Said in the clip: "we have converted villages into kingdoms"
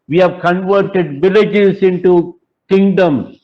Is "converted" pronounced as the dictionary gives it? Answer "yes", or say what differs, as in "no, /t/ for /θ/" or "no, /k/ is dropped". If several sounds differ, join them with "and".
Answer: yes